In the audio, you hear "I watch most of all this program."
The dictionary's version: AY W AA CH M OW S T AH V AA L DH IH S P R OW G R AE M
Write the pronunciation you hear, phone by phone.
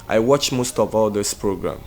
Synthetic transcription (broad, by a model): AY W AA CH M OW S T AH V AA L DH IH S P R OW G R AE M